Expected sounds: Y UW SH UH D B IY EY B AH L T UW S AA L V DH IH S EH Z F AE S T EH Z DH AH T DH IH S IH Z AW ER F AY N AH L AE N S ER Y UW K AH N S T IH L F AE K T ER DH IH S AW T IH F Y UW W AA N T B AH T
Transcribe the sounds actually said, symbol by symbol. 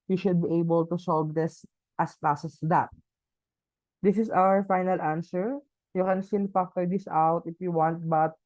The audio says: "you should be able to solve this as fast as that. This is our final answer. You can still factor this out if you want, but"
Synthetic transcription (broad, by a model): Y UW SH UH D B IY EY B AH L T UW S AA L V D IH S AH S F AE S EH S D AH T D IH S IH S AW ER F AY N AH L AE N S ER Y UW K AH N S T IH L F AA K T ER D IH S AW T IH F Y UW W AA N T B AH T